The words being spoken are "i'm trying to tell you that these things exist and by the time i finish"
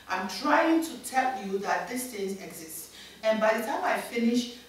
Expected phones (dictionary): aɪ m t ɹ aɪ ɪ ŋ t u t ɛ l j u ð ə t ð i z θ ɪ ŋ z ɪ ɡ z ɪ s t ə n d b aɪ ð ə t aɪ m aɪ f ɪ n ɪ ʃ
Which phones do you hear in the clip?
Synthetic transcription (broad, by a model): aɪ m t ɹ aɪ ɪ ŋ t u t ɛ l j u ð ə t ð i s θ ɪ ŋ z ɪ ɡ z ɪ s t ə n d b aɪ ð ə t aɪ m aɪ f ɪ n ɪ ʃ